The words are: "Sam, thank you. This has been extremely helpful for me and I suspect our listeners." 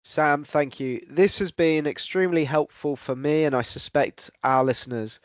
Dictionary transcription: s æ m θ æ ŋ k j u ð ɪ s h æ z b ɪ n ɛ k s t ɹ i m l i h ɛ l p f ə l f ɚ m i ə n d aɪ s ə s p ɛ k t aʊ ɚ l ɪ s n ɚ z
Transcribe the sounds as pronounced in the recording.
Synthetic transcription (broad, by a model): s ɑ m θ æ ŋ k j u ð ɪ s h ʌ z b ɪ n ɛ k s t ɹ i m l i h ɛ l p f ə l f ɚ m i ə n aɪ s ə s p ɛ k t aʊ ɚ l ɪ s n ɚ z